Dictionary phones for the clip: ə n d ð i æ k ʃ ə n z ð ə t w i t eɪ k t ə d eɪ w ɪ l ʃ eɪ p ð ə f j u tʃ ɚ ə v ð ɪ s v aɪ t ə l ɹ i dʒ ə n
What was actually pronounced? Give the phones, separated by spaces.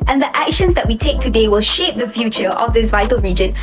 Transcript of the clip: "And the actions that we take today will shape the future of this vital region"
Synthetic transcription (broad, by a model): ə n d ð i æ k ʃ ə n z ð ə t w i t eɪ k t ə d eɪ w ɪ l ʃ eɪ p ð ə f j u tʃ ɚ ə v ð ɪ s v aɪ t ə l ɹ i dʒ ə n